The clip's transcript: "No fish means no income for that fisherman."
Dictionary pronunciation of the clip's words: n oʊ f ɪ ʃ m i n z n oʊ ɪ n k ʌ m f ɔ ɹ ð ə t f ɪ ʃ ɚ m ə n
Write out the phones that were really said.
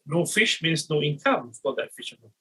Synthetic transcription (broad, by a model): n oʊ f ɪ ʃ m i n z n oʊ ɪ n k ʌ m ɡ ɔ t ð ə t f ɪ ʃ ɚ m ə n